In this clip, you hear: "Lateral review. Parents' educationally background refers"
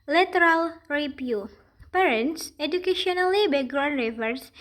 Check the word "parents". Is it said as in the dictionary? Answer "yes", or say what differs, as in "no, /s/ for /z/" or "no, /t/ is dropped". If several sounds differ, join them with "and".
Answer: yes